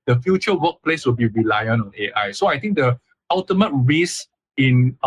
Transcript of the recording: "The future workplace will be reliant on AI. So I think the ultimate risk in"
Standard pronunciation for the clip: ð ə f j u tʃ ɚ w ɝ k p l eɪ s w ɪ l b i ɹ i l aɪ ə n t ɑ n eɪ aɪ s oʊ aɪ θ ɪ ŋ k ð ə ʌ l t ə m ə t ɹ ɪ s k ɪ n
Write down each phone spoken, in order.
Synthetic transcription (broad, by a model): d ə f j u tʃ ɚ w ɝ k p l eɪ s w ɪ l b i ɹ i l aɪ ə n ɑ n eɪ aɪ s oʊ aɪ t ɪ ŋ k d ə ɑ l t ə m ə t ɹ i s ɪ n